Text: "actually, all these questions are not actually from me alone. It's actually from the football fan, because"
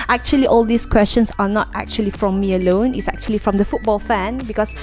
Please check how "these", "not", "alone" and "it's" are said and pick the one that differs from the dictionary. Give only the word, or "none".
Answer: these